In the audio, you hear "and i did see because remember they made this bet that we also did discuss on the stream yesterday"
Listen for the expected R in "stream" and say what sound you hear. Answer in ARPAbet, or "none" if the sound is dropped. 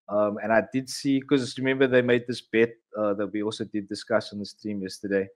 none